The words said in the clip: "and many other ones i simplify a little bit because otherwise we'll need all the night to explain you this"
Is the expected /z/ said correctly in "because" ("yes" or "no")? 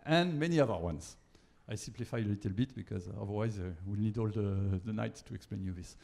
yes